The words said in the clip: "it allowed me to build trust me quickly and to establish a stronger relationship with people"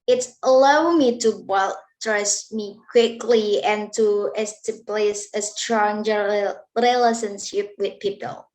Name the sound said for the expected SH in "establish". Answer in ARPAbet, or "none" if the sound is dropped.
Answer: S